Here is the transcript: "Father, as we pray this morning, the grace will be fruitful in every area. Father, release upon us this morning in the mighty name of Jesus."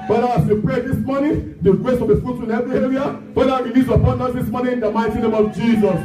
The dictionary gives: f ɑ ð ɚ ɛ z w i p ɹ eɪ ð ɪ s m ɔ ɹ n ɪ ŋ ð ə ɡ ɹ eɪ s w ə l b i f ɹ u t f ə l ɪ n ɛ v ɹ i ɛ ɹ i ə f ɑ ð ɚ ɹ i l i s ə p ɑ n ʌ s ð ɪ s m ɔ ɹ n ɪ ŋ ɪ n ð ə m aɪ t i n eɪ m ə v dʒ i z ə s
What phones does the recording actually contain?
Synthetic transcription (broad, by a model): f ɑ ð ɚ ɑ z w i p ɹ eɪ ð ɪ s m ɔ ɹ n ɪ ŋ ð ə ɡ ɹ eɪ s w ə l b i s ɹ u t ə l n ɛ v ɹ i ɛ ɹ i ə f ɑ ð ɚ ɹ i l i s ə p ɑ n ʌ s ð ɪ s m ɔ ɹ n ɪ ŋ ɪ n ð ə m aɪ t i n eɪ m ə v dʒ i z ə s